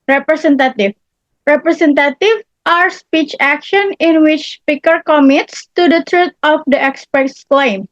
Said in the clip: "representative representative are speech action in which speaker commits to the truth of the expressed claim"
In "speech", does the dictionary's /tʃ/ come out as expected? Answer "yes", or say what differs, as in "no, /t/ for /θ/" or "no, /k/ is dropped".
yes